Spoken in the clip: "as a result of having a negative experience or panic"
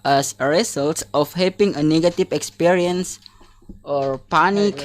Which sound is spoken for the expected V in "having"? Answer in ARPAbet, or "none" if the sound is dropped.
P